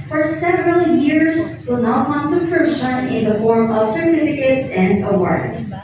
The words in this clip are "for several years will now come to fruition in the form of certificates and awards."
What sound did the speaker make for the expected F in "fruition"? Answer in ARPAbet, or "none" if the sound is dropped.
P